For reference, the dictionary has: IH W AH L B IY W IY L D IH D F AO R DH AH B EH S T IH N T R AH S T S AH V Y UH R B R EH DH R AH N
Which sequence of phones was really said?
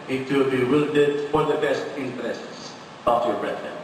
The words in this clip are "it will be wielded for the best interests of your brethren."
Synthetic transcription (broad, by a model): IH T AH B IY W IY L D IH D F AO R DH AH B EH S T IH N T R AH S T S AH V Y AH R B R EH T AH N